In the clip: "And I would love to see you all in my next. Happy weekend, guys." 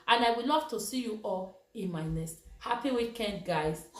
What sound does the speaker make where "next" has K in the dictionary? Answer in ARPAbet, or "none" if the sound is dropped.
none